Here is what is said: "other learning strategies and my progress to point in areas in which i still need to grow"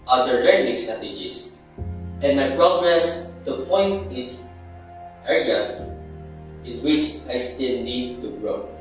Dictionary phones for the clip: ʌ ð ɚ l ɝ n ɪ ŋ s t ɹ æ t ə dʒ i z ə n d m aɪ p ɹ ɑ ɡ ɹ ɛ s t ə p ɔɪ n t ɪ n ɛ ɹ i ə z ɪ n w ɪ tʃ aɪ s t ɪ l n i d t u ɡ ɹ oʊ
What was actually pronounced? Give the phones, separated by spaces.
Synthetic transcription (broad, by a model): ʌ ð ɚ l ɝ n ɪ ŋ s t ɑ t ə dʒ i s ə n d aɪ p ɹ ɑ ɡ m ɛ s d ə p ɔɪ n t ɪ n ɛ ɹ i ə s ɪ n w ɪ tʃ aɪ s t ɪ l n i d t u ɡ ɹ oʊ